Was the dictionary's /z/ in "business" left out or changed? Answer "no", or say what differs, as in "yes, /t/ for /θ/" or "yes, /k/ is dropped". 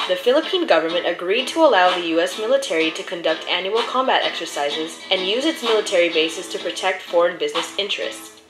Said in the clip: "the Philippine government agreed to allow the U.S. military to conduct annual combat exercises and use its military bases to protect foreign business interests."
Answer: no